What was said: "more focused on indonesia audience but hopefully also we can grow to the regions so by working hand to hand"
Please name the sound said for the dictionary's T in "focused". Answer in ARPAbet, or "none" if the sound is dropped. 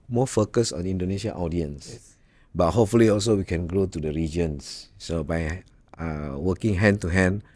none